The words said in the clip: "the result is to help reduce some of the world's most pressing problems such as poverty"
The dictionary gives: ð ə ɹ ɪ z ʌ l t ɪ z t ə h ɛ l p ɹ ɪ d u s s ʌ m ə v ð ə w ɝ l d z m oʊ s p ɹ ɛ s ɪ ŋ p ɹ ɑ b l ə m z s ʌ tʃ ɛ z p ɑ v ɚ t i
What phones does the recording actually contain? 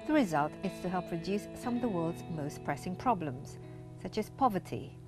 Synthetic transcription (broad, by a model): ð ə ɹ ɪ z ʌ l t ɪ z t ə h ɛ l p ɹ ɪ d u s s ʌ m ə v ð ə w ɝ l d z m oʊ s p ɹ ɛ s ɪ ŋ p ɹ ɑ b l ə m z s ʌ tʃ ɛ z p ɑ v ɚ t i